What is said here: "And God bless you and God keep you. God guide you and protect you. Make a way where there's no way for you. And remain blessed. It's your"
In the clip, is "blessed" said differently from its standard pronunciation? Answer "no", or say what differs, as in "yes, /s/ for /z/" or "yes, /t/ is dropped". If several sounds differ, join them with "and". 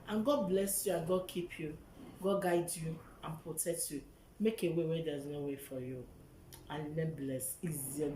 yes, /t/ is dropped